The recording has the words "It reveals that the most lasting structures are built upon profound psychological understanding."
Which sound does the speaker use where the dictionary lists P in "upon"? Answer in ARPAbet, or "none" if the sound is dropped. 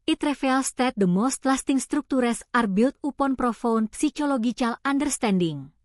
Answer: P